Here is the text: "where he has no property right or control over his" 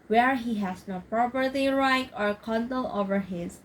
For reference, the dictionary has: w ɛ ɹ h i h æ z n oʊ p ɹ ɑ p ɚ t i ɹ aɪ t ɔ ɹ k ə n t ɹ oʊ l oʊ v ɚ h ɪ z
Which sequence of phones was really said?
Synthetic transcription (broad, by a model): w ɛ ɹ h i h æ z n oʊ p ɹ ɑ p ɚ t i ɹ aɪ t ɔ ɹ k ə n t oʊ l oʊ v ɚ h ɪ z